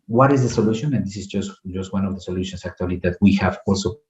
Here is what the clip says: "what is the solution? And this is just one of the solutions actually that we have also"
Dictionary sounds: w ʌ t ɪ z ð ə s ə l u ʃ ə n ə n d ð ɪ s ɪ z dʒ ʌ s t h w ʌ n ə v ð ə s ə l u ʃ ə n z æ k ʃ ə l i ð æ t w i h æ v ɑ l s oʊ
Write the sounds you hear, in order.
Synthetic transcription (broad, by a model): w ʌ t ɪ z ð ə s ə l u ʃ ə n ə n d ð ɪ s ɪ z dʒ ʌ s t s w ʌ n ə v ð ə s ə l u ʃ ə n s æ k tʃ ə l i ð æ t w i h æ v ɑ l s oʊ